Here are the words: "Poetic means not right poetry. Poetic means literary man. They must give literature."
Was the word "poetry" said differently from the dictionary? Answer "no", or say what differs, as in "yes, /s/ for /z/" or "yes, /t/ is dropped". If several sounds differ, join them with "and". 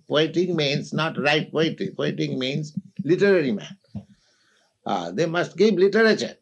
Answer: yes, /ɹ/ is dropped